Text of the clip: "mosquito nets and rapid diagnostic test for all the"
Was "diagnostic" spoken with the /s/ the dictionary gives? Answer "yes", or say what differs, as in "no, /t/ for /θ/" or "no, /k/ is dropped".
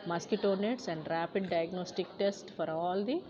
yes